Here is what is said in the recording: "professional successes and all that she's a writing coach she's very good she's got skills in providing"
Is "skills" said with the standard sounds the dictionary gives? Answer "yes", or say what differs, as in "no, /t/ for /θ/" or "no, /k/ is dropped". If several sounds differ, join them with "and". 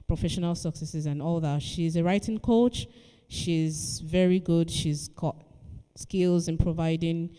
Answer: yes